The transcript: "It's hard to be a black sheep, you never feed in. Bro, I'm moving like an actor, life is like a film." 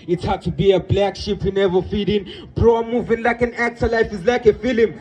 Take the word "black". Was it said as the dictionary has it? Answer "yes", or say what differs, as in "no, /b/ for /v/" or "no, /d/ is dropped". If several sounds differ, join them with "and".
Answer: yes